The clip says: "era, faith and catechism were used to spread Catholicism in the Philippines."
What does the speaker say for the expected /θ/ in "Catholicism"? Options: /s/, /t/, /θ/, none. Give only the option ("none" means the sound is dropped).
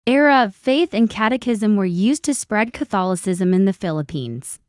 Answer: /θ/